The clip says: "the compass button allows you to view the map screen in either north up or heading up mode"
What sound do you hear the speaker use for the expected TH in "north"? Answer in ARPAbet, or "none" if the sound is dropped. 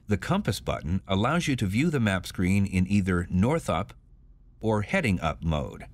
TH